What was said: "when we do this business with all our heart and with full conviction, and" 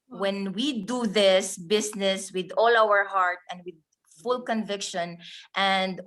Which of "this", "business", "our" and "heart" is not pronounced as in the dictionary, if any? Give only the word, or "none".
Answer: business